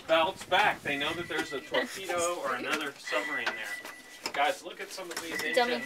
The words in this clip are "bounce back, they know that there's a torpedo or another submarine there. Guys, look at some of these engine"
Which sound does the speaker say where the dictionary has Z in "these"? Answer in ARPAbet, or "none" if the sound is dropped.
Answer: none